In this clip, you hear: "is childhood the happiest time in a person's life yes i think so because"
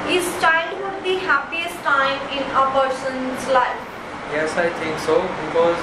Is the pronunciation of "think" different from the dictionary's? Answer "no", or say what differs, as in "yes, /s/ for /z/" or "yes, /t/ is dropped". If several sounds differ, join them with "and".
yes, /t/ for /θ/